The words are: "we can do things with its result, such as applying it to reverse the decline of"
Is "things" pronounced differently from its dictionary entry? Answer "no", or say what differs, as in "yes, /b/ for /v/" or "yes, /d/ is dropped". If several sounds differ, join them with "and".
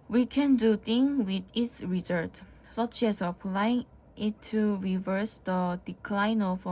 yes, /z/ is dropped